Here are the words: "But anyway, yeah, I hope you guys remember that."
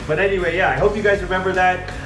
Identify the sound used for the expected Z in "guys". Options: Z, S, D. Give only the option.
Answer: Z